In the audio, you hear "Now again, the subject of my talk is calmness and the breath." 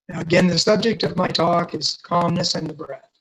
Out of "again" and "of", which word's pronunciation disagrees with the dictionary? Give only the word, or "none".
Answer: none